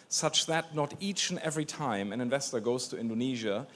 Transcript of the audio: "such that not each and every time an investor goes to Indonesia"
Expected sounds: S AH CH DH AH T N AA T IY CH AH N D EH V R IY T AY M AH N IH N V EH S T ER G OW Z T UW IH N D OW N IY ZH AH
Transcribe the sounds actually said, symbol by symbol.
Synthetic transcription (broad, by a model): S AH CH DH AH T N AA T IY CH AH N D EH V R IY T AY M AH N IH N V EH S T ER G OW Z T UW IH N D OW N IY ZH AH